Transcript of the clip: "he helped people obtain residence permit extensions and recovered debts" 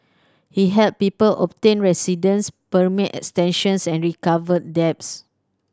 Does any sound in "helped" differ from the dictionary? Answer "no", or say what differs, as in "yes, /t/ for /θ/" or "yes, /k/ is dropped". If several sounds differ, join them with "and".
yes, /p/ is dropped